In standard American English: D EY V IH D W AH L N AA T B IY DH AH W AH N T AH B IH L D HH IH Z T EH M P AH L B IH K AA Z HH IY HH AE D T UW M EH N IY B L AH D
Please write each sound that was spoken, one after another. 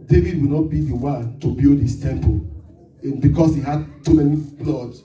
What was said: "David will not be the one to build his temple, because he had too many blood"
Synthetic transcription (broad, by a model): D EY V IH D W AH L N AA T B IY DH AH W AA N T AH B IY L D HH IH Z T EH M P AH L B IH K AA S HH IY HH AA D T UW M EH N IY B L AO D